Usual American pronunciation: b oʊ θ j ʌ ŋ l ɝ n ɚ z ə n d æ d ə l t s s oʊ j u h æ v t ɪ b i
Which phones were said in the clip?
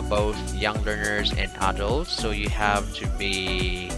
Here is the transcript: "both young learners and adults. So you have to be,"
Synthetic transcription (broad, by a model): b oʊ θ j ʌ ŋ l ɝ n ɚ z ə n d æ d ə l t s s oʊ j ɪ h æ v t ɪ b i